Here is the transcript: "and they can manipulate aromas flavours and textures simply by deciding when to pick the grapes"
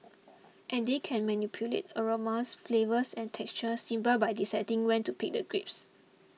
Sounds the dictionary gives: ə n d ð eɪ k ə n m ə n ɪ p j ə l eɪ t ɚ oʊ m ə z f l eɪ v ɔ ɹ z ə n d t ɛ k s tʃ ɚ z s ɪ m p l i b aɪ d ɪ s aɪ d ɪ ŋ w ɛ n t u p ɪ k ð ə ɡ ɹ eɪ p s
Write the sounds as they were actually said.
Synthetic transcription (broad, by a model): ə n d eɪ k ə n m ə n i p j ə l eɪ t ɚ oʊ m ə s f l eɪ v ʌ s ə n t ɛ k s tʃ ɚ s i m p i b aɪ d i s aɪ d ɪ ŋ w ɛ n t u p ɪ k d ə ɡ ɹ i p s